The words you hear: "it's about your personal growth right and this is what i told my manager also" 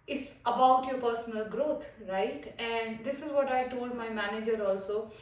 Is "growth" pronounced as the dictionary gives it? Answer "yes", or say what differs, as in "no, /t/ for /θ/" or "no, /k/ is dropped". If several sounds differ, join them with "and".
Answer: no, /t/ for /θ/